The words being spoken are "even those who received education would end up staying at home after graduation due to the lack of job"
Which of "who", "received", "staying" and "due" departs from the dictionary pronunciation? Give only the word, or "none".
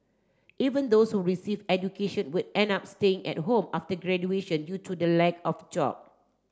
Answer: received